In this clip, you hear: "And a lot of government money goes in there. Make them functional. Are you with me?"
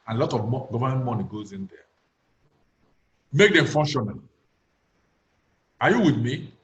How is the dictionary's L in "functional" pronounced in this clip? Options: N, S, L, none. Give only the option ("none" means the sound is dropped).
N